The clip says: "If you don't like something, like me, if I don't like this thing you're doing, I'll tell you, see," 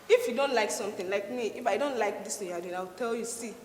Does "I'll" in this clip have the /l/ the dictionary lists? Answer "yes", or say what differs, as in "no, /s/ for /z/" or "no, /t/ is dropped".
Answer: no, /w/ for /l/